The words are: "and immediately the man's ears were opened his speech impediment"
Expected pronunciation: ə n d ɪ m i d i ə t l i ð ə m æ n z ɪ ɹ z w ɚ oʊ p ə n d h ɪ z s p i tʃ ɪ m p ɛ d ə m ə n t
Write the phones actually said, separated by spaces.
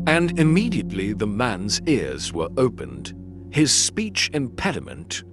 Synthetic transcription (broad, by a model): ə n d ɪ m i d i ə t l i ð ə m æ n z ɪ ɹ z w ɚ oʊ p ə n d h ɪ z s p i tʃ ɪ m p ɛ d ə m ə n t